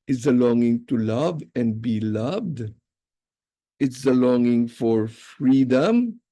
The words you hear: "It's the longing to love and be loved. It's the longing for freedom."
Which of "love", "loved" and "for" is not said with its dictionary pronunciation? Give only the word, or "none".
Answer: none